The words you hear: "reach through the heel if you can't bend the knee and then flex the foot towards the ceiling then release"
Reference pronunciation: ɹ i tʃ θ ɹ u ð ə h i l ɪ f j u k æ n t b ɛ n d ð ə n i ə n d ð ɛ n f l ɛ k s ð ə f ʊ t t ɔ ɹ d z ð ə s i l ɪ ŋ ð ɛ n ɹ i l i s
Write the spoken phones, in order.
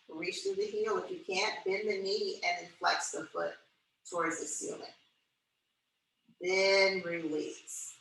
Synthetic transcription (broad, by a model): ɹ i tʃ θ ɹ u ð ə h i l ɪ f j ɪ k æ n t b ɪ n ð ə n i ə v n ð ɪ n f l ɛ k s ð ə f ʊ t t ɔ ɹ d z ð ə s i l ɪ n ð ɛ n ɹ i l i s